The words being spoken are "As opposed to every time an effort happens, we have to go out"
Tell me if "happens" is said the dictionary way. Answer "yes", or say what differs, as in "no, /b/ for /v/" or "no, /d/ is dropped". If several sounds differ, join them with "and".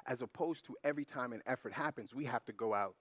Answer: yes